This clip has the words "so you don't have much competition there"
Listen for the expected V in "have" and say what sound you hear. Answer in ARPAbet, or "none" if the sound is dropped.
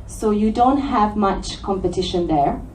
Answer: V